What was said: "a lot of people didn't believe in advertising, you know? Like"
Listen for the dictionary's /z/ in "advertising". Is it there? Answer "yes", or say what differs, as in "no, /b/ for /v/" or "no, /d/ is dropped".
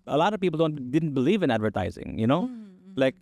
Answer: yes